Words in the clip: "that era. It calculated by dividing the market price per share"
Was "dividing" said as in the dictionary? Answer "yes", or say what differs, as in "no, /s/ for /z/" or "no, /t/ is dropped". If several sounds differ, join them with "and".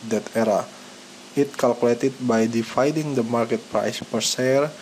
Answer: no, /f/ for /v/